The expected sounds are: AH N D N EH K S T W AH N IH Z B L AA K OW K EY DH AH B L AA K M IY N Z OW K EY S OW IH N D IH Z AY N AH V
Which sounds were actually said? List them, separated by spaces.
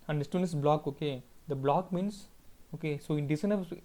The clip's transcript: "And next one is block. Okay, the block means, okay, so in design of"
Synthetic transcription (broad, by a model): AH N D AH S T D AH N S B L AA K OW K EY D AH B L AA K M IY N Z OW K EY S OW IH N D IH S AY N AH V